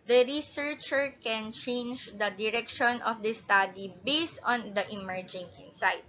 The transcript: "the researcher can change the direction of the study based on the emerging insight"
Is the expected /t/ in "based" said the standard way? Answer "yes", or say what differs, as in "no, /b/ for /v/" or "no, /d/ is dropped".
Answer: yes